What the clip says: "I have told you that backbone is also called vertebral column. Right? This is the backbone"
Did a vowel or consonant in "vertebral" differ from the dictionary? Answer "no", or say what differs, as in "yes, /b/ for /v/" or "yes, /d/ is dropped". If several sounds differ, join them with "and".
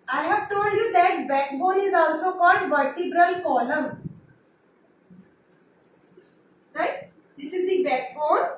no